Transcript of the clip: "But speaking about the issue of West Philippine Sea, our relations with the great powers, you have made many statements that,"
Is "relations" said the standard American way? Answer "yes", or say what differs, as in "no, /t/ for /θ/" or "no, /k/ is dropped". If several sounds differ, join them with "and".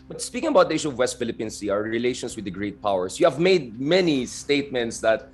no, /s/ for /z/